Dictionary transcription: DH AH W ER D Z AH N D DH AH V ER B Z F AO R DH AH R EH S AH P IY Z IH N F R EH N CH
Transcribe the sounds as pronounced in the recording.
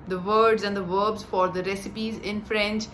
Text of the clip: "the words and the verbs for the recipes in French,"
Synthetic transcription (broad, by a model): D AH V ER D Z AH N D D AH V ER B Z F AO R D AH R EH S AH P IY Z IH N F R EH N CH